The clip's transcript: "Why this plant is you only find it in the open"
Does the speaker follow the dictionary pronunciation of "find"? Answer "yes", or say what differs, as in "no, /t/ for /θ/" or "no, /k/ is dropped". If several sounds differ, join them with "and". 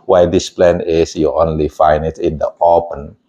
no, /d/ is dropped